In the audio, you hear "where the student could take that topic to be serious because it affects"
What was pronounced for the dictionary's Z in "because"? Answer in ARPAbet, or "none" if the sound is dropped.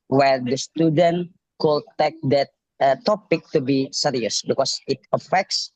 S